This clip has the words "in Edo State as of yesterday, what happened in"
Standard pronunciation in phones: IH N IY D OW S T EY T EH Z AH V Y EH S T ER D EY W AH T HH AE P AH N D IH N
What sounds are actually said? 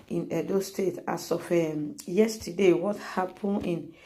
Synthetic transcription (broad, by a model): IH N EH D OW S T EY T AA S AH F Y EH S T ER D EY W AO T HH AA P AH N IH N